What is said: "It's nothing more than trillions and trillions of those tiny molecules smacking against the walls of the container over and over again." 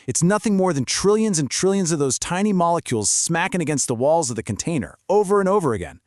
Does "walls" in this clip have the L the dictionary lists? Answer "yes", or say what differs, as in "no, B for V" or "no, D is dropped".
yes